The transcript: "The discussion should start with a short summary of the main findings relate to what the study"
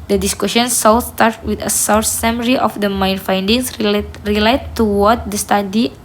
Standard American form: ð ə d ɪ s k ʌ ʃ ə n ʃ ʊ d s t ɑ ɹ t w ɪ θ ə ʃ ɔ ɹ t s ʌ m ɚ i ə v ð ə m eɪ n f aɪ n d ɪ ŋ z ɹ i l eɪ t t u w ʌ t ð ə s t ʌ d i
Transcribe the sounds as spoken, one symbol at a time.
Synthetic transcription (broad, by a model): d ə d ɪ s k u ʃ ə n s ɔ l s t ɑ ɹ t w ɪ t ə s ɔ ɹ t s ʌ m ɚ i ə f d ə m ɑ n f aɪ n d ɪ ŋ s ɹ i l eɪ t t u w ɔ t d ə s t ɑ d i